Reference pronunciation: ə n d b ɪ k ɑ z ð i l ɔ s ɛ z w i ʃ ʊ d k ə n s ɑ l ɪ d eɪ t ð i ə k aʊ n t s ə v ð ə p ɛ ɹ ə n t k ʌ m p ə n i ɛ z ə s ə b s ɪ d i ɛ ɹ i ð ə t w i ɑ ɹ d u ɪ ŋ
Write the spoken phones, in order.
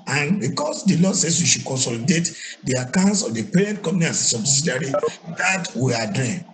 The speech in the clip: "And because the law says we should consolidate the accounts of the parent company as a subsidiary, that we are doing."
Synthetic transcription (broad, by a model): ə n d b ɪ k ɑ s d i l ɔ s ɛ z w i ʃ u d k ə n s ɑ l ɪ d eɪ t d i ə k aʊ n t s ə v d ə p ɛ ɹ ə n t k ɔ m ə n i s ə s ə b s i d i ɹ i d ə t w i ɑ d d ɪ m